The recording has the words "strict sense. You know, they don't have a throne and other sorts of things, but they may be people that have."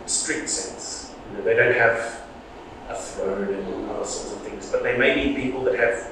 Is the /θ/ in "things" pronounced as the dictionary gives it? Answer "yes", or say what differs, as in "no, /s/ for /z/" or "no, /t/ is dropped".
yes